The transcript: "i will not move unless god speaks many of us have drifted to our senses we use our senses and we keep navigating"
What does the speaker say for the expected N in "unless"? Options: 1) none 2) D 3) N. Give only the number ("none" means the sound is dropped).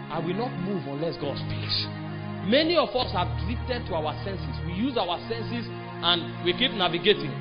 3